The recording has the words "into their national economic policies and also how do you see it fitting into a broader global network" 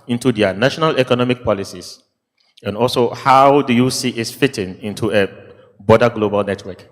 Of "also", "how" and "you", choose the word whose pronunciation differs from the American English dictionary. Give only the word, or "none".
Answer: none